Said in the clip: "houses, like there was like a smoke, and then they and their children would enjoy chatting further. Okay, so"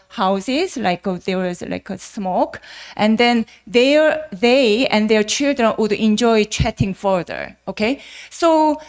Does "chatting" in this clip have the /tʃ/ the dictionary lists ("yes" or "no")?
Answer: yes